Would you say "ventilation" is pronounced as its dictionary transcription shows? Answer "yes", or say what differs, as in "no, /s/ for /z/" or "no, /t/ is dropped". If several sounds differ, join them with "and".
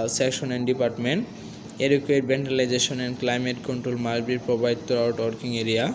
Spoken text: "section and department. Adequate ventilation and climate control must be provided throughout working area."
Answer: no, /b/ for /v/